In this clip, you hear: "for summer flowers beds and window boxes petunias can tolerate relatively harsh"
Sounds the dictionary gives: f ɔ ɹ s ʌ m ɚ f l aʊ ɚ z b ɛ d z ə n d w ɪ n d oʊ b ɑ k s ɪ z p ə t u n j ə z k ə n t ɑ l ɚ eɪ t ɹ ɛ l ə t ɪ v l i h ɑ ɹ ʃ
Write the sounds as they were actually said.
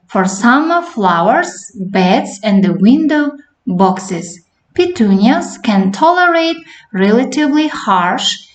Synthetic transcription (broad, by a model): f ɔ ɹ s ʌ m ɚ f l aʊ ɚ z b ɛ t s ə n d w ɪ n d oʊ b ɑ k s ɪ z p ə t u n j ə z k ə n t ɑ l ɚ eɪ t ɹ ɛ l ə t ɪ v l i h ɑ ɹ ʃ